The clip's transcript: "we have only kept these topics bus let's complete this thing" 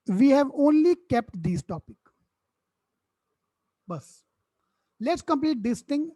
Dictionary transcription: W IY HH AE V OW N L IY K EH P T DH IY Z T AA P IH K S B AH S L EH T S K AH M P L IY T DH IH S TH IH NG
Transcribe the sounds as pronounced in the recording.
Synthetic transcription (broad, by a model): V IY HH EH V OW N L IY K EH P T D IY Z T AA P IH K B AH S L EH T S K AH M P L IY T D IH S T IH NG